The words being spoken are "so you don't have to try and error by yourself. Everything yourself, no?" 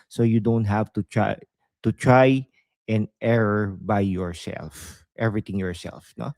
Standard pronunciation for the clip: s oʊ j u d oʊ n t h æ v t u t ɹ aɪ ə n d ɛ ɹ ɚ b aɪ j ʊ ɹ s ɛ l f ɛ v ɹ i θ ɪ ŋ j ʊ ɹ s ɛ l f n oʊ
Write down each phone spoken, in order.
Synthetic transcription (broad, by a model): s oʊ j u d oʊ n t h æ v t u t ɹ aɪ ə n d ɛ ɹ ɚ b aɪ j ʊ ɹ s ɛ l f ɛ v ɹ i t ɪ ŋ j ʊ ɹ s ɛ l f n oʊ